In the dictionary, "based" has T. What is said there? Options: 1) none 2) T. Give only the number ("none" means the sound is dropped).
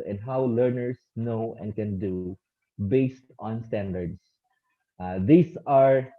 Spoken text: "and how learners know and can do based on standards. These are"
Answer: 2